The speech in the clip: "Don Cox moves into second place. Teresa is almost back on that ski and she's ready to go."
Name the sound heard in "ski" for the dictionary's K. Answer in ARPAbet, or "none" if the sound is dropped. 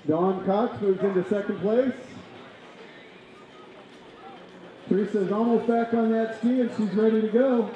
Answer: K